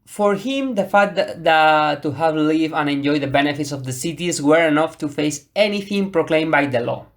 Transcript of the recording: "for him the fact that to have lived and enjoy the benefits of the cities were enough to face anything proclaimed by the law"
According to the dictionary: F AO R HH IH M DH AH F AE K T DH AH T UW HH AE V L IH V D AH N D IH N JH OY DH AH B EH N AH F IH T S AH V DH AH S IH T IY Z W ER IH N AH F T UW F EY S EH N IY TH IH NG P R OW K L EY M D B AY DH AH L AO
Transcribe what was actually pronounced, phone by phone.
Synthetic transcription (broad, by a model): F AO R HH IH M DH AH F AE T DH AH T UW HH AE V L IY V AH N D IH N JH OY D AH B EH N AH F IH T S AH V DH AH S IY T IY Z W ER IH N AH F T UW F EY S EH N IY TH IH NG P R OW K L EY M B AY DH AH L AO